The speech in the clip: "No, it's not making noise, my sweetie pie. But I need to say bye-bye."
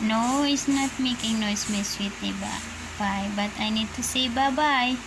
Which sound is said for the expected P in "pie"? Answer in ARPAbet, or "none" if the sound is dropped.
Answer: B